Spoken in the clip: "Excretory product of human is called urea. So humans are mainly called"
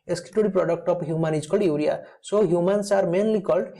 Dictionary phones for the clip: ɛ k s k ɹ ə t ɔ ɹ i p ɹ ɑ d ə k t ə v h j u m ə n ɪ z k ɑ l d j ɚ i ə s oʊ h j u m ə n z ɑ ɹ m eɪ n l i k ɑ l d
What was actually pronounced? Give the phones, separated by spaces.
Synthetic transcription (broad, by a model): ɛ s k ɹ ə t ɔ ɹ i p ɹ ɑ d ə k t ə p h j u m ə n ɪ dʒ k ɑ d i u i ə s oʊ h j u m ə n s ɑ ɹ m eɪ n l i k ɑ l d